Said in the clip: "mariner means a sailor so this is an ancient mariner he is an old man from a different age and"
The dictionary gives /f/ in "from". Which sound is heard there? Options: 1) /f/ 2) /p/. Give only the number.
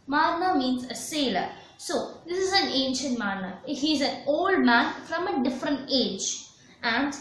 1